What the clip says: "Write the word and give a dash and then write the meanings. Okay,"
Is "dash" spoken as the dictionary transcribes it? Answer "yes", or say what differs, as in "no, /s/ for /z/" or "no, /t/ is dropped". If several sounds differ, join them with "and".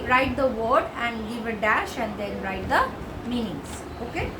yes